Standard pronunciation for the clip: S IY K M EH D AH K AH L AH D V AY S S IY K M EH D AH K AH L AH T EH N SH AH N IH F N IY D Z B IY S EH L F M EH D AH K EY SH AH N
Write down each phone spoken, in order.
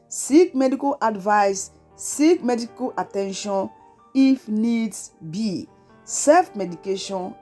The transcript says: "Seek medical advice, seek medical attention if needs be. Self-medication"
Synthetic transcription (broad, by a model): S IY K M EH D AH K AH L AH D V AY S S IY K M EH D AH K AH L AH T EH N SH AH N IH F N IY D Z B IY S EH F M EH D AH K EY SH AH N